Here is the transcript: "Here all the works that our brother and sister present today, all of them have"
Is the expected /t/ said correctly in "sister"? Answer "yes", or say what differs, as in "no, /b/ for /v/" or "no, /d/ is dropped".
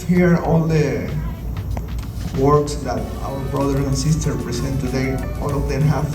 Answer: yes